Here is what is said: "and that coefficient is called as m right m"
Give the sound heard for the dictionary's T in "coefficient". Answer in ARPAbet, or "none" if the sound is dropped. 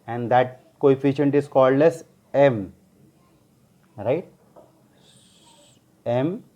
T